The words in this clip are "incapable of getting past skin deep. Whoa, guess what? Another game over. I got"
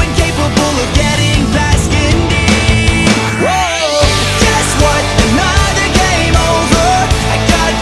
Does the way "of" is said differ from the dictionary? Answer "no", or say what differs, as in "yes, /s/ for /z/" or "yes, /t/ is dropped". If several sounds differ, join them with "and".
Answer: no